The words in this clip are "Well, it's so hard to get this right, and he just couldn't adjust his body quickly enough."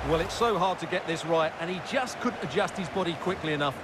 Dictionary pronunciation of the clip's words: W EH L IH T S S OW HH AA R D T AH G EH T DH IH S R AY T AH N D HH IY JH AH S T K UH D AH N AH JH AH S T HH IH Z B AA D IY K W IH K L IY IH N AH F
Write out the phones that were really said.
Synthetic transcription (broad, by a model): W EH L IH T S S OW HH AA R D T AH G EH T DH IH S R AY T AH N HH IY JH AH S K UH D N AH JH AH S T HH IH Z B AA D IY K W IH K L IY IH N AH F